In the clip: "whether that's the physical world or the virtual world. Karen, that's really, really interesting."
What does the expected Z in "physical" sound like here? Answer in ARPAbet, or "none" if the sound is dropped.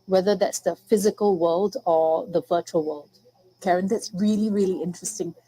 Z